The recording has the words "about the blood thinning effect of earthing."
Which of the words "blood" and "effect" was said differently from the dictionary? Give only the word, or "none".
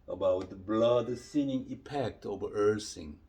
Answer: effect